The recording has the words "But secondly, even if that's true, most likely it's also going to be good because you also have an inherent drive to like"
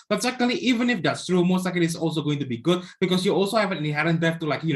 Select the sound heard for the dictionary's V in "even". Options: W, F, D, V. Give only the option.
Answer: V